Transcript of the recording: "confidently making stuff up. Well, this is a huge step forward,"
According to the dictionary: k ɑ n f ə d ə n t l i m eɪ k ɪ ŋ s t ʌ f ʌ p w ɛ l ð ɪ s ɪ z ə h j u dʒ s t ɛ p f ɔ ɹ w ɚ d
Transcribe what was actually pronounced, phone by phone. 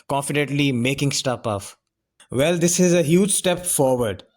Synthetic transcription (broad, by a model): k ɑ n f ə d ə n t l i m eɪ k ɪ ŋ s t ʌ p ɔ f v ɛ l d ɪ s ɪ z ə h j u dʒ s t ɛ p f ɔ ɹ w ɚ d